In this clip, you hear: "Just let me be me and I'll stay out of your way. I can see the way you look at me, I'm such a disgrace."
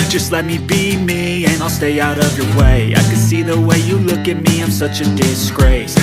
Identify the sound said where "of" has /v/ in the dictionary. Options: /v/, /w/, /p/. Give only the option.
/v/